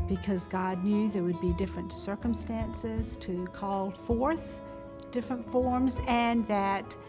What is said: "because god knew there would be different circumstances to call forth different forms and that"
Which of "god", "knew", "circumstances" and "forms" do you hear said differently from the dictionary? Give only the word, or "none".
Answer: none